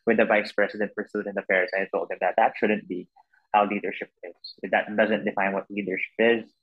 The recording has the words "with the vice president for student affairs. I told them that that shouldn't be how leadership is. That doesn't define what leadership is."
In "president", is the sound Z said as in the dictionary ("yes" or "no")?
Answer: no